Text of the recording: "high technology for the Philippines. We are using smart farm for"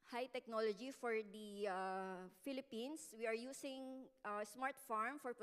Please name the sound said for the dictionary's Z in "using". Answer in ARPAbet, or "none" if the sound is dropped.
S